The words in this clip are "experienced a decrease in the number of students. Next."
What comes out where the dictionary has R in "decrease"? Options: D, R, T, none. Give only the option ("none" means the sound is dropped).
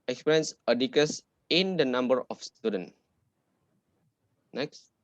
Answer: none